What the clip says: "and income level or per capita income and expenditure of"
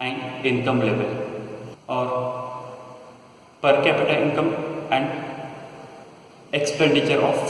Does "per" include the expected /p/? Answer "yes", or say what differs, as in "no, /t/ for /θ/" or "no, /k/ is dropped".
yes